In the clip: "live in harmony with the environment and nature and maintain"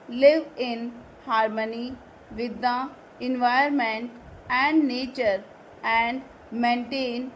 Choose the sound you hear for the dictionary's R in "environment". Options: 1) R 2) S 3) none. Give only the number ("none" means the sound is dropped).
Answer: 3